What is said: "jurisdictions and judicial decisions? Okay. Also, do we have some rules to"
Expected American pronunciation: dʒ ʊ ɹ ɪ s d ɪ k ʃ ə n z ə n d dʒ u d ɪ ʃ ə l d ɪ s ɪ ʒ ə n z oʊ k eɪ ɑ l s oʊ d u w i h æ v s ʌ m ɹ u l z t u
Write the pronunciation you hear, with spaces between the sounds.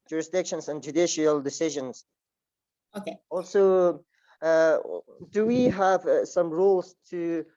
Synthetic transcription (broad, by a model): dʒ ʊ ɹ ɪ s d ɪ k ʃ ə n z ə n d dʒ u d ɪ ʃ ə l d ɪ s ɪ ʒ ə n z oʊ k eɪ ɑ l s oʊ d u w i h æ v s ʌ m ɹ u l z t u